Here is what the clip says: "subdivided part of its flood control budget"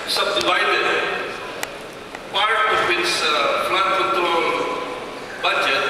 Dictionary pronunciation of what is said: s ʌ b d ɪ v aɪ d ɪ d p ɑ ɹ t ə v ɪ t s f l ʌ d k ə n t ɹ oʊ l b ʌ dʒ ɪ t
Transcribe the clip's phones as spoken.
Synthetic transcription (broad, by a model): s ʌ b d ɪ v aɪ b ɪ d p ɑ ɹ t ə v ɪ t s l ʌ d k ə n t oʊ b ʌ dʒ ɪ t